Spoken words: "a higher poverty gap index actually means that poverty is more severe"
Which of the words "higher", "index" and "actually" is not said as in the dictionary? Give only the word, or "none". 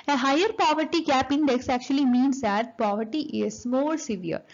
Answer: none